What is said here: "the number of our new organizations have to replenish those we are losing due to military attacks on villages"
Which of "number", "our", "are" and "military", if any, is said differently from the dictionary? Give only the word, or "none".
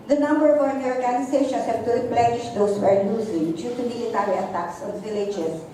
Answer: military